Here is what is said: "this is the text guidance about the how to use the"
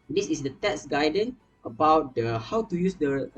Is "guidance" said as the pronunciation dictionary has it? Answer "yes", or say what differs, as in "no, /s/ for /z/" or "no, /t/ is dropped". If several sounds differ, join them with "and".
no, /s/ is dropped